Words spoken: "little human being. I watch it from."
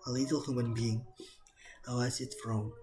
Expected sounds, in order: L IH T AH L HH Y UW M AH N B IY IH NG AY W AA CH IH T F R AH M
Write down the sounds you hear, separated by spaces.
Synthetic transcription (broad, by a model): L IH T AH L HH Y UW M AH N B IY IH NG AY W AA S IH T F R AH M